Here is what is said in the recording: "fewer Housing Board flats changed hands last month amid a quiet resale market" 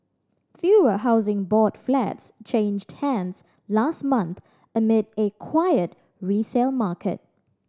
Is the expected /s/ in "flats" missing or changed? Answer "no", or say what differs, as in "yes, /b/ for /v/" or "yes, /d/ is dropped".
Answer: no